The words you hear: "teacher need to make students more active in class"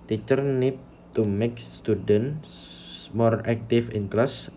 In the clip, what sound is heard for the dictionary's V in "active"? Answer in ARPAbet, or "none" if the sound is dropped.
F